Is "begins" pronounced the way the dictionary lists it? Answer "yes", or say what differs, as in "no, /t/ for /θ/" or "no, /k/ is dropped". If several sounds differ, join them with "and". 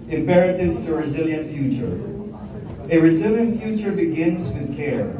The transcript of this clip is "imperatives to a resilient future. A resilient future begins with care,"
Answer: yes